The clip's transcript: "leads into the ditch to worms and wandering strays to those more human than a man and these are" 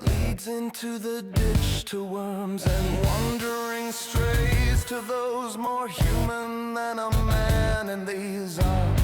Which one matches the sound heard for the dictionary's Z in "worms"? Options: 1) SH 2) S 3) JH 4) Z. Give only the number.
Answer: 4